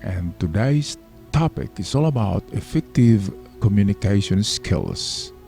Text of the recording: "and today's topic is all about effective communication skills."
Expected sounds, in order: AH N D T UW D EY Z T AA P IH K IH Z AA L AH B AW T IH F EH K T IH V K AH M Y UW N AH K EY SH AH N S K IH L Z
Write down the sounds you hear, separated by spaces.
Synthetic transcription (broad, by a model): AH N T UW D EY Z T AA P IH K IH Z AA L AH B AW T IH F EH K T IH V K AH M Y UW N AH K EY SH AH N S K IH L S